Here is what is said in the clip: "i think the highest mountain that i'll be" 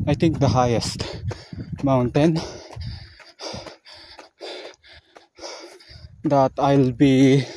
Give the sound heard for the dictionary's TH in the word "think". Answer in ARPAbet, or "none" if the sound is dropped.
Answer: T